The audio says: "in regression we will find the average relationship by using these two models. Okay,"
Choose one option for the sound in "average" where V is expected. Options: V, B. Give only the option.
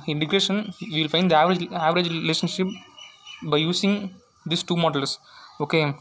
V